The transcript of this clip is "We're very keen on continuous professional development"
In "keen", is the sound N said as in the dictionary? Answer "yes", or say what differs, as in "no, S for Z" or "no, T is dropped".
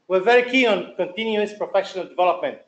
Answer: no, N is dropped